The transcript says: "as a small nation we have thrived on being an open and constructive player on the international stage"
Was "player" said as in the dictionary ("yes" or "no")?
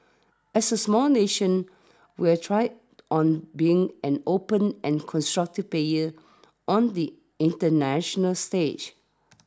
no